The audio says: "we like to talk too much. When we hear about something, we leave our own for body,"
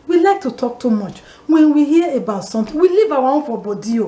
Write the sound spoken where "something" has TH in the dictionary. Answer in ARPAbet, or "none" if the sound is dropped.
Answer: T